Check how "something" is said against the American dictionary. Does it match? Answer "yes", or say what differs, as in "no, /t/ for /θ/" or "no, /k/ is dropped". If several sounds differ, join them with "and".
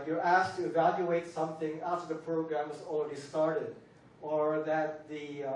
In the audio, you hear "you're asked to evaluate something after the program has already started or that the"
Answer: yes